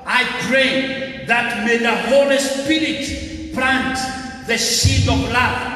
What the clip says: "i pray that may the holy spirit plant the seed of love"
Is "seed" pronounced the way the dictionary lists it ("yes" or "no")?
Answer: no